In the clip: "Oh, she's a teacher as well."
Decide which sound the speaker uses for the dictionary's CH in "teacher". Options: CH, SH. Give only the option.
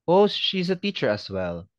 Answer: CH